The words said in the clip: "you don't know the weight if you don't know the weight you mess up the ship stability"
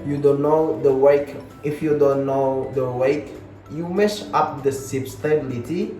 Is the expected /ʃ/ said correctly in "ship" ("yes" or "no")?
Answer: no